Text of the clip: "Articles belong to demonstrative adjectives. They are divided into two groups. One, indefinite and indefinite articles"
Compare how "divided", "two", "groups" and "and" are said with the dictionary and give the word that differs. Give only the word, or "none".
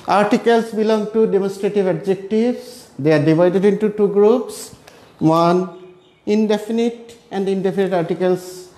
none